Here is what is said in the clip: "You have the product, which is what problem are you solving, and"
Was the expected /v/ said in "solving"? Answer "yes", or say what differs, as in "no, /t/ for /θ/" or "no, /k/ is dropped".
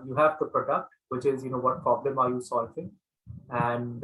no, /f/ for /v/